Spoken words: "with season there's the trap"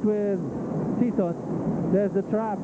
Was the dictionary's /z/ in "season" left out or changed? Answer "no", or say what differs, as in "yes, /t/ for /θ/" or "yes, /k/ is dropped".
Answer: yes, /s/ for /z/